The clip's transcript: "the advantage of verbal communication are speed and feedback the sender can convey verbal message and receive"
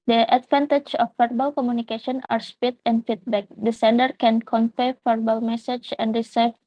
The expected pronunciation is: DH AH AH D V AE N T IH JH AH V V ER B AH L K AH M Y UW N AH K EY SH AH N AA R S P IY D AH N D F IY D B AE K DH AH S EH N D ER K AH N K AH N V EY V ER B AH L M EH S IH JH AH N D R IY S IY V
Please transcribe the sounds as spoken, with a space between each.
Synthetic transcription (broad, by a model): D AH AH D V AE N T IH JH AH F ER B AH L K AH M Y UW N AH K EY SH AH N AA R S P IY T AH N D F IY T B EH K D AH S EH N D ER K AH N K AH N F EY F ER B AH L M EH S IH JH AH N D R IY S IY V